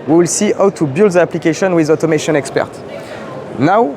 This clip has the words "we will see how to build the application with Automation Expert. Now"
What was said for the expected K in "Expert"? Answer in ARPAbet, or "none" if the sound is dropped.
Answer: K